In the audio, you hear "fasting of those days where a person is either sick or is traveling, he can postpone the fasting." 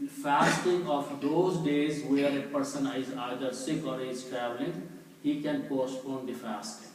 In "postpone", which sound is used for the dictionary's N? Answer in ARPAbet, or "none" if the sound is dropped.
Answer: N